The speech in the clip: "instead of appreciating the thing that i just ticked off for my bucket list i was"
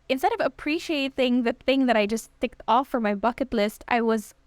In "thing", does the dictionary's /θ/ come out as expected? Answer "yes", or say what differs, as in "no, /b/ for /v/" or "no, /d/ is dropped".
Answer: yes